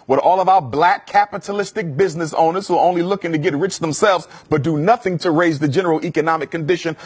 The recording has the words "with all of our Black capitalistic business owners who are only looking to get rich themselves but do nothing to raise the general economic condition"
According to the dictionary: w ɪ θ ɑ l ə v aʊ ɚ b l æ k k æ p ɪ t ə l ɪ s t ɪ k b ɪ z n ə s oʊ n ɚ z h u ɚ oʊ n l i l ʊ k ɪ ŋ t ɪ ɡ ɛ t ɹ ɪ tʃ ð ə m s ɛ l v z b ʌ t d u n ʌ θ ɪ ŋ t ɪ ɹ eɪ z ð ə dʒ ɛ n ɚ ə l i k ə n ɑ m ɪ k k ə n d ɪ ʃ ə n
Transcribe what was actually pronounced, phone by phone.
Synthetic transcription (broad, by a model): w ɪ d ɑ l ə v aʊ ɚ b l æ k k æ p ɪ t ə l ɪ s t ɪ k b ɪ z n ə s oʊ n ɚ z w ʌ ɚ oʊ n l i l ʊ k ɪ ŋ t ɪ ɡ ɛ t ɹ ɪ tʃ ð ə m s ɛ l v z b ʌ t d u n ʌ θ ɪ ŋ t ɪ ɹ eɪ z ð ə dʒ ɛ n ɚ l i k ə n ɑ m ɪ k k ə n d ɪ ʃ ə n